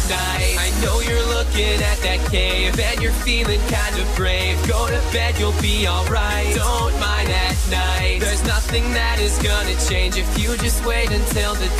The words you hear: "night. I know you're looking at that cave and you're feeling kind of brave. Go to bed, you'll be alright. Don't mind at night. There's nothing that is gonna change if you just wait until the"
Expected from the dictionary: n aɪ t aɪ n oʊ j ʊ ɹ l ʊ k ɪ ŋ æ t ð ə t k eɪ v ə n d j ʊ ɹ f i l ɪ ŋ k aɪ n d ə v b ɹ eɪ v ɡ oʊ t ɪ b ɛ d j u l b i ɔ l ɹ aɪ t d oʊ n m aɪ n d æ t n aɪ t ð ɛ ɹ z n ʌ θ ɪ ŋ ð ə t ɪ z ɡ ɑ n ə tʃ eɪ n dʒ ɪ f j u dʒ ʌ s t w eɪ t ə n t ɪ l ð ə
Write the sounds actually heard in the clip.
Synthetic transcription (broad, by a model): n aɪ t aɪ n oʊ j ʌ ɹ l ʊ k ɪ ŋ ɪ t ð ə t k eɪ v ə n j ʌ ɹ f i l ɪ ŋ k aɪ n d ə v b ɹ eɪ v ɡ oʊ t ɪ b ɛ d j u l b i ɔ l ɹ aɪ t d oʊ n m aɪ n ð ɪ t n aɪ t ð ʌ ɹ z n ʌ θ ɪ ŋ ð ə t ɪ z ɡ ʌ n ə tʃ eɪ n dʒ ɪ f j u dʒ ʌ s t w eɪ t ə n t ɪ l ð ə